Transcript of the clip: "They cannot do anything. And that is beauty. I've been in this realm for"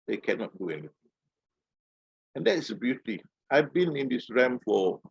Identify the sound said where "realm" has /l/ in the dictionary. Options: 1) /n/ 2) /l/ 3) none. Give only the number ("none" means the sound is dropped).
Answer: 3